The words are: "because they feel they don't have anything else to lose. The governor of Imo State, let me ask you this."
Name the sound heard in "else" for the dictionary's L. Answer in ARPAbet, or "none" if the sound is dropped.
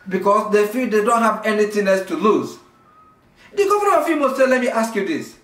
none